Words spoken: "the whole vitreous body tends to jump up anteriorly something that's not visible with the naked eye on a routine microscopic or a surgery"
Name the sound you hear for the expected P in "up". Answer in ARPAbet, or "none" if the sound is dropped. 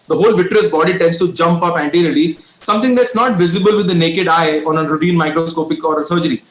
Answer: P